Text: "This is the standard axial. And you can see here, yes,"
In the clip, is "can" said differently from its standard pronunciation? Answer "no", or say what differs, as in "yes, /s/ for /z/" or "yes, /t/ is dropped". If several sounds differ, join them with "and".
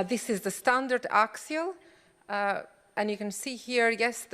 no